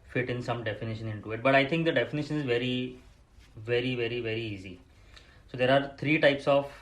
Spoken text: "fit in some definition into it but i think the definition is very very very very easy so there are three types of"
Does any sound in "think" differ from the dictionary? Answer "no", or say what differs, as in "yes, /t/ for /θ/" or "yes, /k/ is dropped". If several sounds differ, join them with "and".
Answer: yes, /t/ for /θ/